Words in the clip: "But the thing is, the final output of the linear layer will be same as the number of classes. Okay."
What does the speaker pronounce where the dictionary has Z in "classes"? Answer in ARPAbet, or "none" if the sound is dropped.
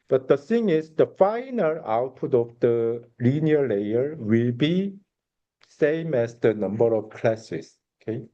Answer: S